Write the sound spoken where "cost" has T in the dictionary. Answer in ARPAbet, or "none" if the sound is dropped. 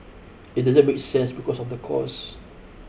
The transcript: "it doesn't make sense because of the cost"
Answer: none